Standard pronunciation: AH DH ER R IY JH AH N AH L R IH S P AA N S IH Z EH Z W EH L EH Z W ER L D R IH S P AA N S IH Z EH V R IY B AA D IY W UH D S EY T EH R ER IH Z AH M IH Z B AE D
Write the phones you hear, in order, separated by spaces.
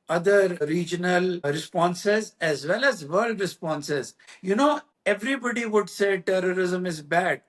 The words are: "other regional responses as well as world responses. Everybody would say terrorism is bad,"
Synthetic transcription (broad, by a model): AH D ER R IY JH AH N AH L R IH S P AA N S IH Z EH Z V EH L EH Z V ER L D R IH S P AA N S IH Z EH V R IY B AA D IY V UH D S EY T EH R ER IH Z AH M IH Z B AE D